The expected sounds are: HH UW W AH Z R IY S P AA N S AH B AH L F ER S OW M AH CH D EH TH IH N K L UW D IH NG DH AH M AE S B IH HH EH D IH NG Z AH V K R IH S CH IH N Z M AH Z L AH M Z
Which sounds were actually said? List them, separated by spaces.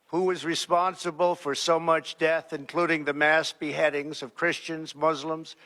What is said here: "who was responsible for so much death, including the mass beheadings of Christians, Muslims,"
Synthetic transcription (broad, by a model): HH UW W AH Z R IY S P AA N S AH B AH L F ER S OW M AH CH D EH TH IH N K L UW D IH NG DH AH M AE S B IH HH EH D IH NG Z AH V K R IH S CH IH N Z M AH Z L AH M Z